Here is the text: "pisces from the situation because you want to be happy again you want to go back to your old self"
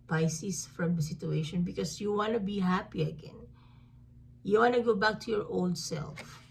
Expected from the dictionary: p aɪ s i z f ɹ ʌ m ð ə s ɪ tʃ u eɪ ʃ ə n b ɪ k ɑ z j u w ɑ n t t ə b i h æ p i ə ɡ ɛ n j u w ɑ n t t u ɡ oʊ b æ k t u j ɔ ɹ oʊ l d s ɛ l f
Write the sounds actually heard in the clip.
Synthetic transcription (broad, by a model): p aɪ s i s f ɹ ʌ m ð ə s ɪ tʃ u eɪ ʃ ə n b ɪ k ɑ s j u w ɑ n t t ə b i h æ p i ə ɡ ɛ n j u w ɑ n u ɡ oʊ b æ k t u j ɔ ɹ oʊ l d s ɛ l f